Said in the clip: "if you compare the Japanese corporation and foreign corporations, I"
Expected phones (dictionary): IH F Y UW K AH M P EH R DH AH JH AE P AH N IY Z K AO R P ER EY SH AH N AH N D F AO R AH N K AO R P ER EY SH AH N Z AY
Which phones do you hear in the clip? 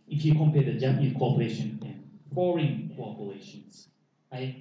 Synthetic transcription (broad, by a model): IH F Y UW K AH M P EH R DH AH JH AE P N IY K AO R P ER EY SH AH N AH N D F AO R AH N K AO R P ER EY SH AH N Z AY